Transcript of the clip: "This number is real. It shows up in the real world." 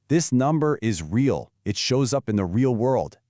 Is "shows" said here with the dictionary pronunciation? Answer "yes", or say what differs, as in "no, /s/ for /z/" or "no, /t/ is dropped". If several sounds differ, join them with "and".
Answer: yes